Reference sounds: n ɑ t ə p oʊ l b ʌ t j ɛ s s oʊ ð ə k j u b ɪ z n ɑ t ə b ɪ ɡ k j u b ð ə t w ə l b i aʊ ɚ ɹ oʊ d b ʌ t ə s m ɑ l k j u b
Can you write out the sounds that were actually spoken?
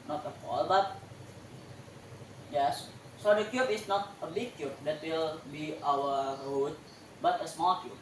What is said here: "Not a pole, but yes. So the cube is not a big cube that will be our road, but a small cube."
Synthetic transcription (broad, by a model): n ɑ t ə f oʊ l b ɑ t j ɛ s s oʊ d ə k j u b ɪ s n ɑ t ə b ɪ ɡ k j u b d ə t w ə l b i aʊ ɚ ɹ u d b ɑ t ə s m ɑ l k j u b